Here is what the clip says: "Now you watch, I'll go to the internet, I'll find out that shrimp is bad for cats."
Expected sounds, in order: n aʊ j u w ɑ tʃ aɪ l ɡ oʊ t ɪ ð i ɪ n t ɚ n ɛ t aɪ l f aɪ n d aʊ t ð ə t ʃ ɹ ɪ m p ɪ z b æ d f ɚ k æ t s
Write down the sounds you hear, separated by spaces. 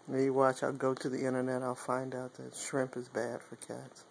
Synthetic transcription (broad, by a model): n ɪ j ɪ w ɑ tʃ aɪ l ɡ oʊ t ɪ ð i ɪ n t ɚ n ɛ t aɪ l f aɪ n d aʊ t ð ə t ʃ ɹ ɪ m p ɪ z b æ d f ɚ k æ t s